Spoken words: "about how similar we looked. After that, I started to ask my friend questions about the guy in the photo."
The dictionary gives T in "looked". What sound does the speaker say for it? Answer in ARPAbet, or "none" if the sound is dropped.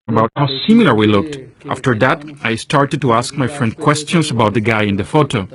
T